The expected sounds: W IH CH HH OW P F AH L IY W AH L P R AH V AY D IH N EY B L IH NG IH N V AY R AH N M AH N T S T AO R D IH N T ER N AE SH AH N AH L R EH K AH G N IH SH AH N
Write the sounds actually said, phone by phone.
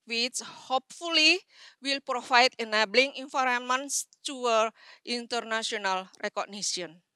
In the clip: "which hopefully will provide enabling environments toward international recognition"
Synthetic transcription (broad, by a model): W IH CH HH OW P F AH L IY W AH L P R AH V AY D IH N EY B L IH NG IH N F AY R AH M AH N S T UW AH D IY N T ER N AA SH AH N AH L R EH K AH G N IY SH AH N